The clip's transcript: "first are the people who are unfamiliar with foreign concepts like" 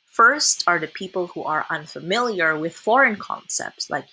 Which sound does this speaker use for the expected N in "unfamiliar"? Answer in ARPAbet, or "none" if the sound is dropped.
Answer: N